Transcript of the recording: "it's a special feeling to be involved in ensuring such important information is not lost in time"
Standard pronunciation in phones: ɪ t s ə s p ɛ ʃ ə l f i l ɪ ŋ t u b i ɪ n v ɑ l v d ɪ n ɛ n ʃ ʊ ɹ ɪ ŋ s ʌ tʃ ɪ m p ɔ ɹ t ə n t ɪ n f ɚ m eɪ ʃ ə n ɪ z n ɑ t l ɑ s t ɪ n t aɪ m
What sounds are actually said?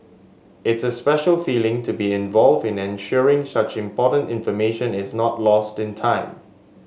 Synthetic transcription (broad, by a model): ɪ t s ə s p ɛ ʃ ə l f i l ɪ ŋ t u b i ɪ n v ɑ l v d ɪ n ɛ n ʃ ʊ ɹ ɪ ŋ s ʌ tʃ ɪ m p ɔ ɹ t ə n t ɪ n f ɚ m eɪ ʃ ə n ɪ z n ɑ t l ɑ s t ɪ n t aɪ m